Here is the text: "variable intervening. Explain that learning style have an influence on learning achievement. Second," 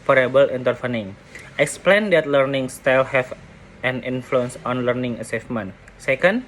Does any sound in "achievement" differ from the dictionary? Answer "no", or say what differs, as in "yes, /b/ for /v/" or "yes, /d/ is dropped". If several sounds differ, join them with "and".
yes, /s/ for /tʃ/